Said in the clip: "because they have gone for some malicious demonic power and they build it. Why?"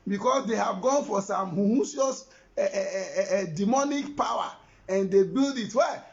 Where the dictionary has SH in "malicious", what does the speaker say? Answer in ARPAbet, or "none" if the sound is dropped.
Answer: S